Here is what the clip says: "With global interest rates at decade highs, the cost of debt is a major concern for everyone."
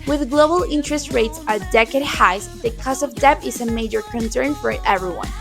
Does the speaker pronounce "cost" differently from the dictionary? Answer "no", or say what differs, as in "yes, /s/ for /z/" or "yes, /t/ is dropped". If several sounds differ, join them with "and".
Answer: yes, /t/ is dropped